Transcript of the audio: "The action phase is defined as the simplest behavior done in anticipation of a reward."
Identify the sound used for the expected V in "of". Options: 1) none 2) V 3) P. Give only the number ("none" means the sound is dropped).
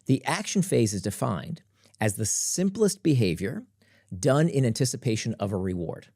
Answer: 2